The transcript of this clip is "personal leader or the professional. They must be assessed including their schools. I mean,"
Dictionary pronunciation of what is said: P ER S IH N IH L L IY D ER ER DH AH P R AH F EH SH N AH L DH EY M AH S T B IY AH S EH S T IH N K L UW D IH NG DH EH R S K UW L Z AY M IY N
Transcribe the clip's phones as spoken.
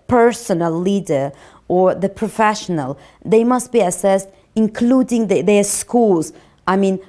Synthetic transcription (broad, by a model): P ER S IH N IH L L IY D ER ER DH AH P R AH F EH SH N AH L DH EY M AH S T B IY AH S EH S T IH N K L UW D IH NG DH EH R S K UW L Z AY M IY N